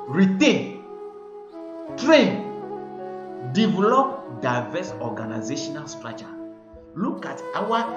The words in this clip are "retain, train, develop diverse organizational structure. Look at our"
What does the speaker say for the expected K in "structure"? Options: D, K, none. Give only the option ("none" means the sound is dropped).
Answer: none